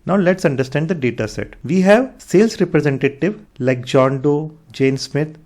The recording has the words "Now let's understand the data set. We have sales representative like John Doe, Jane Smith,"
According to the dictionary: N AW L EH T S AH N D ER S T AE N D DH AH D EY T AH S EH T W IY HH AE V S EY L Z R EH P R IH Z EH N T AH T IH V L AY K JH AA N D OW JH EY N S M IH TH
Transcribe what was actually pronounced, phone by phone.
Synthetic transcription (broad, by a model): N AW L EH T S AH N D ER S T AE N D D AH D EY T AH S EH T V IY HH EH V S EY L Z R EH P R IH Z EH N T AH T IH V L AY K JH AA N D OW JH EY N S M IH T